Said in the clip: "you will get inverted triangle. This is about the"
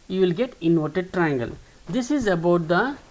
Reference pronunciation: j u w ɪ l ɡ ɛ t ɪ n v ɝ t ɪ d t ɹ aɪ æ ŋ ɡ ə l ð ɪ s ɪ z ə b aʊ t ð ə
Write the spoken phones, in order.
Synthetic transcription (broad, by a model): j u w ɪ l ɡ ɛ t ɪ n ɔ t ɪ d t ɹ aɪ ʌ ŋ ɡ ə l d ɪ s ɪ z ə b aʊ t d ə